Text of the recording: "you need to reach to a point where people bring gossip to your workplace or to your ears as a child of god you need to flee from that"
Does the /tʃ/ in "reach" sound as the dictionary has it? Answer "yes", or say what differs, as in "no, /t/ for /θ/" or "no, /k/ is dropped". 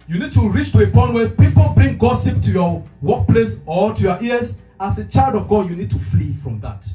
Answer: yes